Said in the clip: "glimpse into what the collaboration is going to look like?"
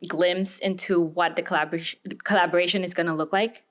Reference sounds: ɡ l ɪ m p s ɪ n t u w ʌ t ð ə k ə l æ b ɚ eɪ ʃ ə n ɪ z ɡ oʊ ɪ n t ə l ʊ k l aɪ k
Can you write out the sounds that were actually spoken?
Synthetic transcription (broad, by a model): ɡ l ɪ m p s ɪ n t u w ʌ t ð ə k ə l æ b ɚ eɪ ʃ ə n ɪ z ɡ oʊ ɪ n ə l ʊ k l aɪ k